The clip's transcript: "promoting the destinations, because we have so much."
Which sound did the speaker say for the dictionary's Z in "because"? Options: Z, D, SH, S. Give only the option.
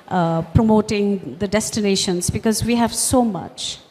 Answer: Z